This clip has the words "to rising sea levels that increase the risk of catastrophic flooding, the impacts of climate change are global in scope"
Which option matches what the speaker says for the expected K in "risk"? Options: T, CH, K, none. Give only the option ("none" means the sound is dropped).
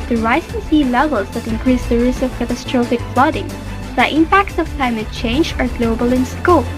none